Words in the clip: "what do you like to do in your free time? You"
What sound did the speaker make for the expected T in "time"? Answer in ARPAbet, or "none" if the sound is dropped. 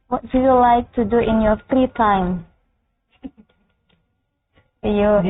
T